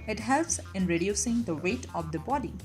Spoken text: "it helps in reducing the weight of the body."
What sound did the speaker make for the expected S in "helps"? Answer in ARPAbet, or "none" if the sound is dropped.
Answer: S